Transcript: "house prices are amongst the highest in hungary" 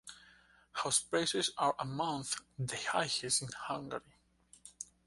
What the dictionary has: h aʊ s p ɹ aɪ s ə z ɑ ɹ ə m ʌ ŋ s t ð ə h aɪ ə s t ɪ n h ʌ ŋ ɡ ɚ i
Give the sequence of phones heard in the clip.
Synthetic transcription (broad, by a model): h aʊ s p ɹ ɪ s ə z ɑ ɹ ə m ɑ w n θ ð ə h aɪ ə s ɪ n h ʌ ŋ ɡ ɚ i